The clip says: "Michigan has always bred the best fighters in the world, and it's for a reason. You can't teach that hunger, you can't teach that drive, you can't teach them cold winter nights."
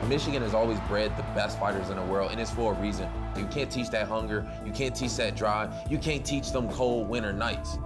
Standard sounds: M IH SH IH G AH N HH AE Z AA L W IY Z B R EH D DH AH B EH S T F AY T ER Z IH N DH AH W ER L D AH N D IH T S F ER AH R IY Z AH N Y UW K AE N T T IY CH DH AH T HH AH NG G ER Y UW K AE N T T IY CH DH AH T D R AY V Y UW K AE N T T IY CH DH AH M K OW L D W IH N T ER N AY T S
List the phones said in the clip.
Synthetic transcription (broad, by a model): M IH SH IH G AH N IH Z AA L W IY Z B R EH D DH AH B EH S T F AY T ER Z IH N DH AH W ER L D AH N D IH T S F ER R IY Z AH N Y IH K AE N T T IY CH DH AH T HH AH NG G ER Y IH K AE N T T IY CH DH AH T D R AY Y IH K AE N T T IY CH DH AH M K OW L D W IH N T ER N AY T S